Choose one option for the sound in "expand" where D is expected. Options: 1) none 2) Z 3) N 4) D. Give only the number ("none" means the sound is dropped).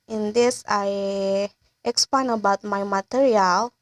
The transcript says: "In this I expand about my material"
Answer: 1